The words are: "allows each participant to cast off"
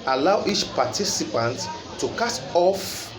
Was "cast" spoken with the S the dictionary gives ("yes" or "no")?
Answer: no